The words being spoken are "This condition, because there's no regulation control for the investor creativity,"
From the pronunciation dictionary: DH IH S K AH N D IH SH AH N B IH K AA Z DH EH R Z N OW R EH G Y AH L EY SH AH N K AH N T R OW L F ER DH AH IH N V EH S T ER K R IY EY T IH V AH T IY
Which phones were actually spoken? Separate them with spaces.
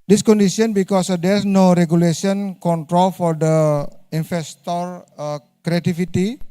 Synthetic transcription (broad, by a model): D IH S K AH N D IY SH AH N B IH K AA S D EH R S N OW R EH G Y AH L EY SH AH N K AH N T R OW L F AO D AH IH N F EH S T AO K R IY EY T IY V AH T IY